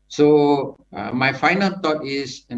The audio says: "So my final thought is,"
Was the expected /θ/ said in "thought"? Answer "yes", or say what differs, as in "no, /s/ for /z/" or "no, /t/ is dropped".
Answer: no, /t/ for /θ/